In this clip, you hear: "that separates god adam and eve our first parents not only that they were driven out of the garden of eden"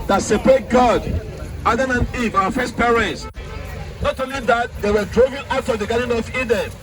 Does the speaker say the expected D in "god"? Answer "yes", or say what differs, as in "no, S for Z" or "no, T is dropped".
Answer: yes